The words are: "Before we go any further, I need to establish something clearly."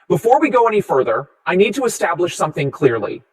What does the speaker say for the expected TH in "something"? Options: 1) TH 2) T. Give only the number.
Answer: 1